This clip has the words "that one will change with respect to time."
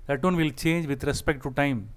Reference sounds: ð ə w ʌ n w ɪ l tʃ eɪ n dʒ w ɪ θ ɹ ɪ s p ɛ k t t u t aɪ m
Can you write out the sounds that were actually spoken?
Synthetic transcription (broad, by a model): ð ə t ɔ n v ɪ l tʃ eɪ n dʒ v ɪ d ɹ ɪ s p ɛ k t t u t aɪ m